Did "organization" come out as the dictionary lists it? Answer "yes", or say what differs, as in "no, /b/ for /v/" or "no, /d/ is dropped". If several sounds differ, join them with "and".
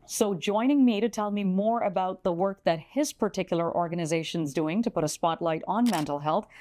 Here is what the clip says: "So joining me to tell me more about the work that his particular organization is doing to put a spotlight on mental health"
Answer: yes